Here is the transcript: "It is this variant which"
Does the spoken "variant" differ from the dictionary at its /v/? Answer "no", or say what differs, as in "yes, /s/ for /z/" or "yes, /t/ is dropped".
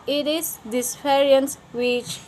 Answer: yes, /p/ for /v/